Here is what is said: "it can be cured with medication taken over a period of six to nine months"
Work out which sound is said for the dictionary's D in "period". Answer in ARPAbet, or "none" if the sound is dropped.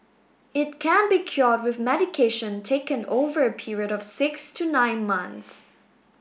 D